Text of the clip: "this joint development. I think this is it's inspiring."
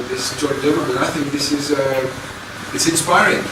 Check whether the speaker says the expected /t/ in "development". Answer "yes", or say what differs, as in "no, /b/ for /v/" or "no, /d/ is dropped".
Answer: no, /t/ is dropped